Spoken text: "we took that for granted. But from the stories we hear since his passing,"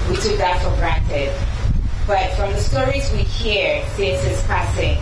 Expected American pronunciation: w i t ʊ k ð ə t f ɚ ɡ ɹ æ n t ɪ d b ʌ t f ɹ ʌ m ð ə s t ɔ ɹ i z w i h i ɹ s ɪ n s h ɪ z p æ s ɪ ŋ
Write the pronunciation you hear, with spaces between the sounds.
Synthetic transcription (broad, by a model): w i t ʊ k ð ə t f ɚ ɡ ɹ æ n t ɪ d b ʌ t f ɹ ʌ m ð ə s t ɔ ɹ i z w i h i ɹ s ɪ s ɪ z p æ s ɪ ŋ